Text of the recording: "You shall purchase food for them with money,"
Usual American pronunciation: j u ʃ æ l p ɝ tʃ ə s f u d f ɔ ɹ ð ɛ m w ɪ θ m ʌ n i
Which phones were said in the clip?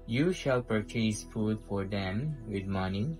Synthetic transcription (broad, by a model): j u ʃ æ l p ɝ tʃ ə s f u d f ɔ ɹ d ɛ m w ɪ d m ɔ n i